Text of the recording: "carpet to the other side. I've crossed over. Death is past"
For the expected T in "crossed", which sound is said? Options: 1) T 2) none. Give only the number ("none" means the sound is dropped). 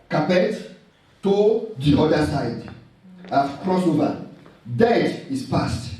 2